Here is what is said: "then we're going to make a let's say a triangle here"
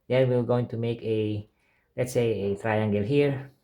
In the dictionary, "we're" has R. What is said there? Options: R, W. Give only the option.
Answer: W